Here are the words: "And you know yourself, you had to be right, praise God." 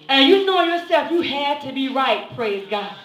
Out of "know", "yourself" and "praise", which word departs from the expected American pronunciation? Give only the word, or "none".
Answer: none